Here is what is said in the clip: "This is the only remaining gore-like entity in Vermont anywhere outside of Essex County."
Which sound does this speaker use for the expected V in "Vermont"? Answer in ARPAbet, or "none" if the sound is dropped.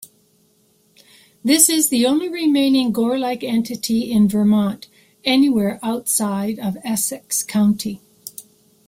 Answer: V